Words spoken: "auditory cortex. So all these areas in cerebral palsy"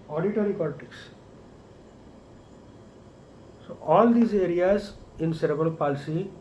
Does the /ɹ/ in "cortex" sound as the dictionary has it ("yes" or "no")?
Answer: no